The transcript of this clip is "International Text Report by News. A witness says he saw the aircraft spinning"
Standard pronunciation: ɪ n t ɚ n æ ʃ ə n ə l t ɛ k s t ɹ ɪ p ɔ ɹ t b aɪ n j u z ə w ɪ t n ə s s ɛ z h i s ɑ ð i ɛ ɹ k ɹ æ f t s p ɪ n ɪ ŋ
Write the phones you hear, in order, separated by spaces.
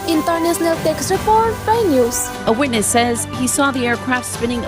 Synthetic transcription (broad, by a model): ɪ n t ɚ n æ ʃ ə n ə l t ɛ k s t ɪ f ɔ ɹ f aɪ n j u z ə w ɪ t n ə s s ɛ z h i s ɑ ð i ɛ ɹ k ɹ æ f t s p ɪ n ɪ ŋ